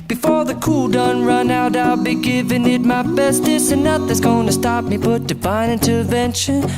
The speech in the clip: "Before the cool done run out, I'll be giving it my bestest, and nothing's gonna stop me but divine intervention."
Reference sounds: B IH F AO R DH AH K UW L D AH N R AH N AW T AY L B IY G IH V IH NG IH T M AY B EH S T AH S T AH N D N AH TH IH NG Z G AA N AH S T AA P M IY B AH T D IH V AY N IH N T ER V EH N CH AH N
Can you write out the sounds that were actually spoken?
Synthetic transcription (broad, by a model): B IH F AO R DH AH K UW L D AH N R AH N AW T AY L B IY G IH V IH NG IH T M AY B EH S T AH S AH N N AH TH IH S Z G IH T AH S T AA P M IY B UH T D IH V AY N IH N T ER V EH N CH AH N